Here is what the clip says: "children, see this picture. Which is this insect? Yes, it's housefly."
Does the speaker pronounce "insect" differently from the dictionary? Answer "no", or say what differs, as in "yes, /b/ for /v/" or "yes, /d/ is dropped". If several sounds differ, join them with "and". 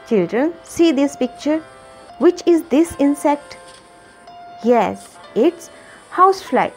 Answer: no